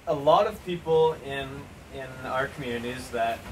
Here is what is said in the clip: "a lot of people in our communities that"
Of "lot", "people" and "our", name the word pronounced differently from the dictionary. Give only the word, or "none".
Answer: people